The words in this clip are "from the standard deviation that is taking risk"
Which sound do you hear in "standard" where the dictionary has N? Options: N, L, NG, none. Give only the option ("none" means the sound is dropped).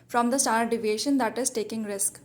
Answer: none